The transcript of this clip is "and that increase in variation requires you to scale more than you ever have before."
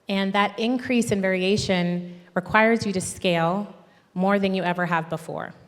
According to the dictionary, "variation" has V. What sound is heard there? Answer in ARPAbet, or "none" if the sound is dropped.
V